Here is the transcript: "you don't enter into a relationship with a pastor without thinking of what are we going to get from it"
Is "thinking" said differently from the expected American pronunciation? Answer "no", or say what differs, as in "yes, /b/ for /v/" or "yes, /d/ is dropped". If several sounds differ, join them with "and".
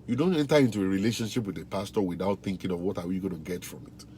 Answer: no